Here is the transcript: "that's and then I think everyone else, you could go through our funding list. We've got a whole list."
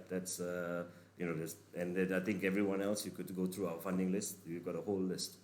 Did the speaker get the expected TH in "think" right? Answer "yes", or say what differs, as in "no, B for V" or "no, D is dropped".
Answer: no, T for TH